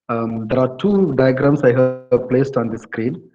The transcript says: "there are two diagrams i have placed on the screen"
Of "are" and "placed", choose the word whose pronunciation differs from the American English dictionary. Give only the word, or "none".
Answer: none